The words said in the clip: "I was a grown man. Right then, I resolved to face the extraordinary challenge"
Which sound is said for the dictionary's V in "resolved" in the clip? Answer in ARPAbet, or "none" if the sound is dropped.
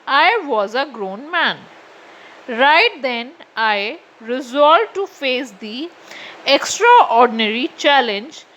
none